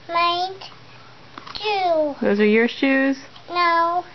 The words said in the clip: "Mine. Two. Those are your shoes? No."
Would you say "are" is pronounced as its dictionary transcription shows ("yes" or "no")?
yes